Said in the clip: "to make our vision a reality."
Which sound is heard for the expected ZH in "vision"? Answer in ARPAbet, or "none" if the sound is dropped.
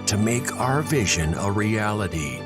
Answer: ZH